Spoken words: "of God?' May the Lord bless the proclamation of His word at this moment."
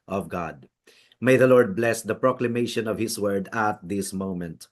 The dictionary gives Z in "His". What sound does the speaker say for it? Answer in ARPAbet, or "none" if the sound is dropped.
S